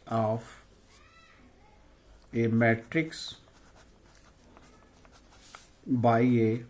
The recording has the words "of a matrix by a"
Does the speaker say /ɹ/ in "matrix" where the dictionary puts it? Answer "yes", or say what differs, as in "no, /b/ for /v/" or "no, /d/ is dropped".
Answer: yes